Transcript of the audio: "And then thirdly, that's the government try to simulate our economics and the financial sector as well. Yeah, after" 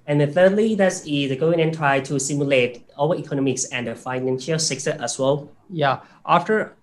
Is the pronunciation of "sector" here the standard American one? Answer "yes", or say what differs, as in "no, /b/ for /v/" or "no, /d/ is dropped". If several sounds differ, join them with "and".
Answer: no, /s/ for /t/